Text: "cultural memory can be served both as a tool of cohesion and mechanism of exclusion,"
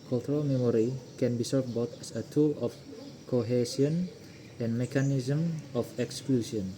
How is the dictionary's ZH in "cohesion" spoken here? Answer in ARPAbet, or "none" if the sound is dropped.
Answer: S